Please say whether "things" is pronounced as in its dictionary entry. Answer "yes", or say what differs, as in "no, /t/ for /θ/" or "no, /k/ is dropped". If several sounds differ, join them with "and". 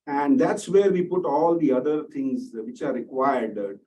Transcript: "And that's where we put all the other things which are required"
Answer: no, /t/ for /θ/